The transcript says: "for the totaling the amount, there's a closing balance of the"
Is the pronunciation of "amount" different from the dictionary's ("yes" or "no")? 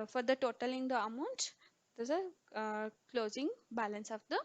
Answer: no